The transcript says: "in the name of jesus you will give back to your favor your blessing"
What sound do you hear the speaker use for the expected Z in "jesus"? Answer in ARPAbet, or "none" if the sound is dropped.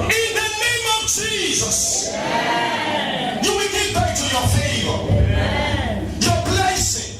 Z